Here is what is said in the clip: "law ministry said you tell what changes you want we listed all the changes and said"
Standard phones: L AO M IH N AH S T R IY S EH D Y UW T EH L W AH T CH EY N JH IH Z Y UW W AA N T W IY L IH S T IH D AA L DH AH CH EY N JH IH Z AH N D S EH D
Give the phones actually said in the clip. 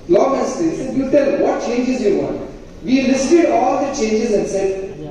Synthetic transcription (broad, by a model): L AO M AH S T IY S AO Y UW T EH L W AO T CH EY N JH IH Z Y UW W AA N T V IY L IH S T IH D AA L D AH CH EY N JH IH Z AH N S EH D